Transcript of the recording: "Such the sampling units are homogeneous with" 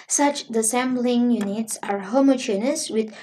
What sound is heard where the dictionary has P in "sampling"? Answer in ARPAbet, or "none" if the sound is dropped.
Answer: B